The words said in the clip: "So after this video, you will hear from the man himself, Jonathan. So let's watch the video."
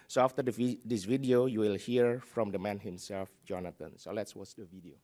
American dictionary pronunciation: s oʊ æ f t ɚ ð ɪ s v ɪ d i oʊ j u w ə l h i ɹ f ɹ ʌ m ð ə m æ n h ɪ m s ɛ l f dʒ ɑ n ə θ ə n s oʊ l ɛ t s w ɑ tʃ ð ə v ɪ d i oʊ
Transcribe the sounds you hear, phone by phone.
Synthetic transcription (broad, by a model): s oʊ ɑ f t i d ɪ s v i d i oʊ j u w ə l h i ɹ f ɹ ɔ m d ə m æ n h ɪ m s ɛ l f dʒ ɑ n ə t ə n s oʊ l ɛ t s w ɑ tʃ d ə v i d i oʊ